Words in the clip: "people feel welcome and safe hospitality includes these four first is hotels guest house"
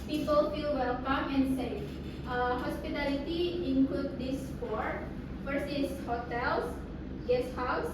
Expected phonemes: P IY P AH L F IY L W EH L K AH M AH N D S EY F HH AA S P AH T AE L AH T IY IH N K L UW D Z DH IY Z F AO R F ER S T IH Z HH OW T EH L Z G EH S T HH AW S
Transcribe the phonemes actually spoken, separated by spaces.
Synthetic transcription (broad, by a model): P IY P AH L F IY L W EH L K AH M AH N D S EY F HH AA S P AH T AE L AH T IY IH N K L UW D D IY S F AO R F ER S IH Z HH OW T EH L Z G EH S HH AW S